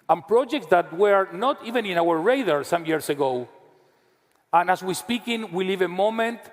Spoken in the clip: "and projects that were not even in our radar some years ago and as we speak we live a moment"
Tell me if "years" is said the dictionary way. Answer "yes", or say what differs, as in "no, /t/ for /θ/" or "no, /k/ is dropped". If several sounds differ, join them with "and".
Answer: no, /s/ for /z/